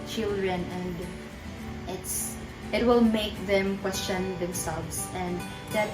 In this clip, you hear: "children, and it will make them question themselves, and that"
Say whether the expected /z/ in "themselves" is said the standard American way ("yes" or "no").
no